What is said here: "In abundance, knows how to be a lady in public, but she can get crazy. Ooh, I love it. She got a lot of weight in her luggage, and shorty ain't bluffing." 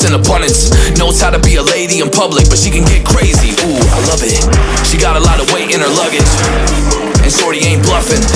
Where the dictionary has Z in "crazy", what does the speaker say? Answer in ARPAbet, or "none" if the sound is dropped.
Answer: Z